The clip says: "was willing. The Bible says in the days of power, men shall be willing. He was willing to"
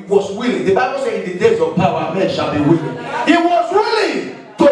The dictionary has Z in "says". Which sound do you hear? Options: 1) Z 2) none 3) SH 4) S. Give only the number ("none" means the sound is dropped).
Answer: 2